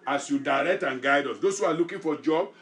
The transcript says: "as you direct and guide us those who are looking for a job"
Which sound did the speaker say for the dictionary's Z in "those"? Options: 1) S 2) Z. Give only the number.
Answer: 1